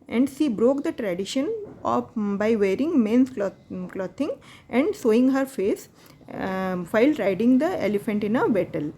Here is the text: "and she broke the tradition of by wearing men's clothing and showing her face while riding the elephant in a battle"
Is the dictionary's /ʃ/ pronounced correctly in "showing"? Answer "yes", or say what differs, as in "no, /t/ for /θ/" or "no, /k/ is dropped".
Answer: no, /s/ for /ʃ/